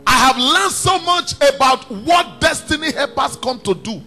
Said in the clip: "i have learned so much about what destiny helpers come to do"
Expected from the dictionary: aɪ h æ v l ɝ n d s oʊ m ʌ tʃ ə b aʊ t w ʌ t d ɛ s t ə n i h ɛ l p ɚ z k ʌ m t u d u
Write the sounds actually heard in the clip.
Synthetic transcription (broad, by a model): aɪ h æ v l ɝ n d s oʊ m ʌ tʃ ə b aʊ t w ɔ t d ɛ s t ə n i h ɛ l p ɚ s k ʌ m t u d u